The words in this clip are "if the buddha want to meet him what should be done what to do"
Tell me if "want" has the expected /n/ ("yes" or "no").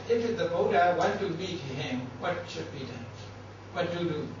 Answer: no